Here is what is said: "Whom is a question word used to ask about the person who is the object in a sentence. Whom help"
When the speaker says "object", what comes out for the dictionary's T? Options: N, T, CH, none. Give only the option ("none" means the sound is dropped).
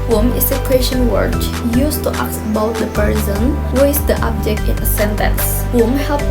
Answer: T